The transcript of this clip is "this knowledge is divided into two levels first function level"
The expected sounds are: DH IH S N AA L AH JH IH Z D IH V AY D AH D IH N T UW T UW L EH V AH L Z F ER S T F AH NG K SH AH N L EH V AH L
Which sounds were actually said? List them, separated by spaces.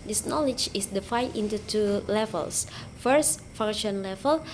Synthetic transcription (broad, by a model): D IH S N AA L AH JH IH S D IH F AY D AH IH N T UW T UW L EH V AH L S F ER S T F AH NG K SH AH N L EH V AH L